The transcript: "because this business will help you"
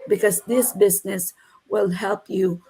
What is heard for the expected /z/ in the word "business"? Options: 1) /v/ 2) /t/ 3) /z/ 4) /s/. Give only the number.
3